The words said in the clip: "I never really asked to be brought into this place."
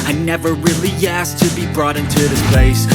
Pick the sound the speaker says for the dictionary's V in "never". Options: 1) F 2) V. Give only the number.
2